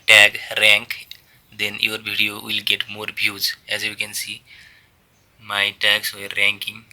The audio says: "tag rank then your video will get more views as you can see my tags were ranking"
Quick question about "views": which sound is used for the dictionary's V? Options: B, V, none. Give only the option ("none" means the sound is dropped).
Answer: B